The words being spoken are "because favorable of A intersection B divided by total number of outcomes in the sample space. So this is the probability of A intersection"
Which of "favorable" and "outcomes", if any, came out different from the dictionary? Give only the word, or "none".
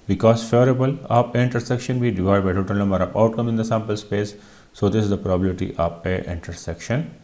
outcomes